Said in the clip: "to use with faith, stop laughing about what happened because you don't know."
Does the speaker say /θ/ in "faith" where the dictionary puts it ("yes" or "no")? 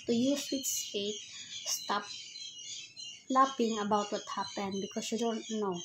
no